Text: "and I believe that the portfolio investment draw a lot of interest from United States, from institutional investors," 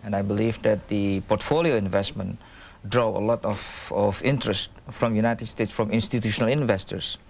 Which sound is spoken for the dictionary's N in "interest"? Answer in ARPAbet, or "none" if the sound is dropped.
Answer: N